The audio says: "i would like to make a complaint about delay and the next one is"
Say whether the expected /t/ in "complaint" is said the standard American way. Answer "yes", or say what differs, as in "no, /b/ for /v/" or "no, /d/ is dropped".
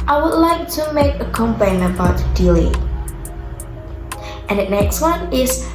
no, /t/ is dropped